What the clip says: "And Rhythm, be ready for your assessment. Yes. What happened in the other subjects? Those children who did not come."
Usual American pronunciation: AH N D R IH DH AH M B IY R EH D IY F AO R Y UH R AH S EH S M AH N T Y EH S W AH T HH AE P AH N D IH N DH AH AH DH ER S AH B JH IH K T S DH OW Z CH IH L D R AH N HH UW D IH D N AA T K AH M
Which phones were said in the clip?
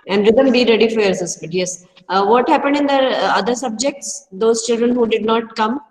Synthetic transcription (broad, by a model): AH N D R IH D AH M B IY R EH D IY F AO R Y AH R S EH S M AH T Y EH S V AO T HH AE P AH N D IH N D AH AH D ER S AH B JH IH K T S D OW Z CH IH L D R AH N HH UW D IH D N AA T K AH M